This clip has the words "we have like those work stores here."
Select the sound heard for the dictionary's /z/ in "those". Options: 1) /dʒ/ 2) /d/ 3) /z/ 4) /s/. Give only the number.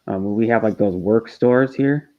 3